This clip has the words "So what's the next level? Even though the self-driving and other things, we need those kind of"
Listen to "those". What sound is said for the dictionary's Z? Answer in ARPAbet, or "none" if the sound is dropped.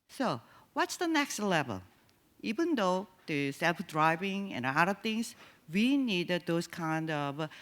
S